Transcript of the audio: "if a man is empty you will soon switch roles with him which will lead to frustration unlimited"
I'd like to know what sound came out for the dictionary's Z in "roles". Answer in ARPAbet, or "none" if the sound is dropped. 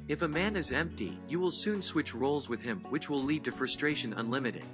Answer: Z